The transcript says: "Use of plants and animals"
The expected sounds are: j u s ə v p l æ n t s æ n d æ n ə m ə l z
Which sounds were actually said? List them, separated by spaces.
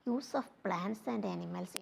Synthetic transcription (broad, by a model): j u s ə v p l æ n t s æ n d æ n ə m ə l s